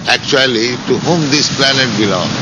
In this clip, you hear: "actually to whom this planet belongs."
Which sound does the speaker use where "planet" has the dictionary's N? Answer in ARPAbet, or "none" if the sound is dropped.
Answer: N